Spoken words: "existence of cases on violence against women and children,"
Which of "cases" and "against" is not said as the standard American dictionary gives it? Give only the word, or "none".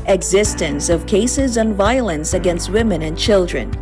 none